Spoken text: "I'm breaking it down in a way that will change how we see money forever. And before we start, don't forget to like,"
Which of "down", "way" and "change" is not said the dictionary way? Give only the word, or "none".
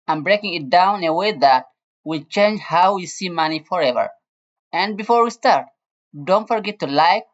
down